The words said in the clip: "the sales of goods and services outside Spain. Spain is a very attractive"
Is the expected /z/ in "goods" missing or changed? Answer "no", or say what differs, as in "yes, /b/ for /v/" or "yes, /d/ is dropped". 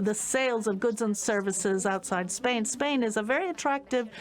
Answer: no